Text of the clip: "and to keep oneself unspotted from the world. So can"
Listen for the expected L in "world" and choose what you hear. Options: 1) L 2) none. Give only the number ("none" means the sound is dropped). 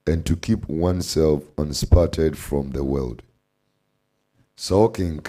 1